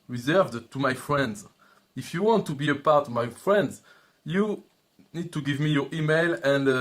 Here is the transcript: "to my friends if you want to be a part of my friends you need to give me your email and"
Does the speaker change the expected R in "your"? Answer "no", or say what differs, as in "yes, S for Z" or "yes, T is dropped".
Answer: no